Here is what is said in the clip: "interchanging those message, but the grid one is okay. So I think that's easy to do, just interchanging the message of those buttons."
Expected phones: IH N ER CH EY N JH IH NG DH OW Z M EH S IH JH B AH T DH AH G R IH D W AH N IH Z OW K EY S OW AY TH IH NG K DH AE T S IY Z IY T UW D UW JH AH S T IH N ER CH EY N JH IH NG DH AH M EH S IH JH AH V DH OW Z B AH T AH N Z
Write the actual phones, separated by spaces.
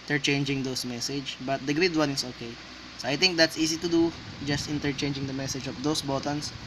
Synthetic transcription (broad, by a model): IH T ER CH EY N JH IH NG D OW S M EH S IH JH B AH T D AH G R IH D W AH N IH S OW K EY S OW AY T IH NG K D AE T S IY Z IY T UW D UW JH AH S T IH N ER CH EY N JH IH NG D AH M EH S IH JH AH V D OW S B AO T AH N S